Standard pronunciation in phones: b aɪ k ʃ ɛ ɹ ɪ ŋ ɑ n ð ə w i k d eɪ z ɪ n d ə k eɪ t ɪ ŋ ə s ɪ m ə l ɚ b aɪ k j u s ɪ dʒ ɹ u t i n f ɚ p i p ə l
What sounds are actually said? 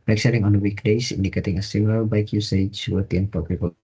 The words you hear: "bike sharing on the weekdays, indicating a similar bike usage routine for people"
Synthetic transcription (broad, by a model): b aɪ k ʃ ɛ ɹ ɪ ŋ ɑ n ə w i k d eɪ s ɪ n d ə k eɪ t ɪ ŋ ə s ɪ m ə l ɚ b aɪ k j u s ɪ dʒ w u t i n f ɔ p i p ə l